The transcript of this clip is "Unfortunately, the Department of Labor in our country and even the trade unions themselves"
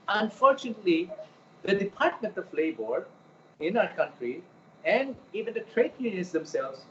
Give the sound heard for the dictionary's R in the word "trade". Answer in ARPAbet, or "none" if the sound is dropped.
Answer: R